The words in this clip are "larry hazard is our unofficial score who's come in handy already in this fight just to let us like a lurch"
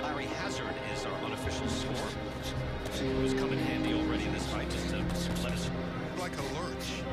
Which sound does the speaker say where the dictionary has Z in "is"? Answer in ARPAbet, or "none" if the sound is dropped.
Z